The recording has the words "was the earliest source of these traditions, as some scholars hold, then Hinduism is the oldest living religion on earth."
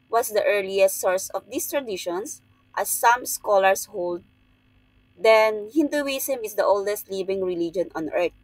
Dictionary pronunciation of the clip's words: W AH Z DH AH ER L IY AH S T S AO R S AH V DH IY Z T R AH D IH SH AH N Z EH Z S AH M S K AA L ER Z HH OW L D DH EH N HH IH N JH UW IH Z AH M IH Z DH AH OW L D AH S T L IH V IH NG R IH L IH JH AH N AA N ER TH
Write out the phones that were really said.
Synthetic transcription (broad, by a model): W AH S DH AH ER L IY AH S T S AO R S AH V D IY S T R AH D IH SH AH N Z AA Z S AH M S K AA L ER S HH OW L D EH N HH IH N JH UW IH S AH M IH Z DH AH OW L D AH S T L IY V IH NG R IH L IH JH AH N AA N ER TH